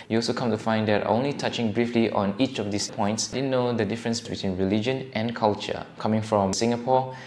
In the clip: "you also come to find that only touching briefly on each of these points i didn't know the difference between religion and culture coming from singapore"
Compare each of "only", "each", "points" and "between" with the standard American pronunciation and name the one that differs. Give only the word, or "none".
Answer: none